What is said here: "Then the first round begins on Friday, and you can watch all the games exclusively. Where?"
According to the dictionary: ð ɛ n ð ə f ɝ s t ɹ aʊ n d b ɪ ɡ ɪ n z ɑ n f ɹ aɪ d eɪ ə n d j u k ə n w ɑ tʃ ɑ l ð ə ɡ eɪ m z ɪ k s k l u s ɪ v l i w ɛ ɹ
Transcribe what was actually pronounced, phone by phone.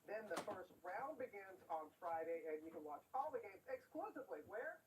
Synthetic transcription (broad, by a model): ð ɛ n ð ə f ɝ s t ɹ aʊ n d b ɪ ɡ ɪ n z n f ɹ aɪ d eɪ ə n j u k ə n w ɑ tʃ ɑ l ð ə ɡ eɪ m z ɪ k s k l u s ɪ v l i w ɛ ɹ